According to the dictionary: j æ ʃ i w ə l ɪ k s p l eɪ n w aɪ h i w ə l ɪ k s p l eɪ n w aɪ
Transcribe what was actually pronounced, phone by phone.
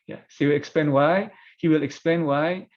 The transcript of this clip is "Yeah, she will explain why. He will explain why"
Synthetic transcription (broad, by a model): j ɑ s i w ə l ɪ k s p l eɪ n w aɪ h i w ə l ɪ k s p l eɪ n w aɪ